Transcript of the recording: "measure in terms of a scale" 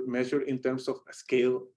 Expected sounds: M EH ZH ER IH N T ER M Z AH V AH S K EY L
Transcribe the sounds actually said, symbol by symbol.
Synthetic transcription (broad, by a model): M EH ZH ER IH N T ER M S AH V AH S K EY L